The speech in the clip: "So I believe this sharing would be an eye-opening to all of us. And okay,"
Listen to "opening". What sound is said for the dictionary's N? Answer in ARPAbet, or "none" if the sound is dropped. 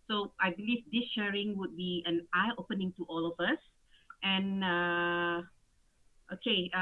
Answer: N